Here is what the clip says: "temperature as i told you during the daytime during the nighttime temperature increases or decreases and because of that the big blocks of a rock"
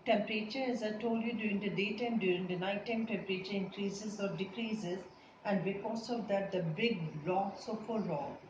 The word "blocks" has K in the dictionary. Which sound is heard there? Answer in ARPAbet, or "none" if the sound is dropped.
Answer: none